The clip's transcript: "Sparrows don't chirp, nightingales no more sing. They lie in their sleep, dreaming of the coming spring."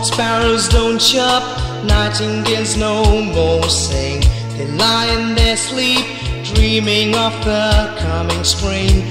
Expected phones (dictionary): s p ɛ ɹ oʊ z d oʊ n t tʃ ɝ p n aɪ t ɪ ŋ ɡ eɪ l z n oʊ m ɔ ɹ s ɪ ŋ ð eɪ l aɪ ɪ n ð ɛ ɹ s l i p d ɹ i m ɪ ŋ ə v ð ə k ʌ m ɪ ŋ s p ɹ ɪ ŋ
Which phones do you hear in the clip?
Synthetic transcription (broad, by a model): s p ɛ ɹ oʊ z d oʊ n t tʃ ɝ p n aɪ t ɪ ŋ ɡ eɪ z n oʊ m ɔ ɹ s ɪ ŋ ð eɪ l aɪ ɪ n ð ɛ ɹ s l i p d ɹ i m ɪ ŋ ə v ð ə k ʌ m ɪ ŋ s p ɹ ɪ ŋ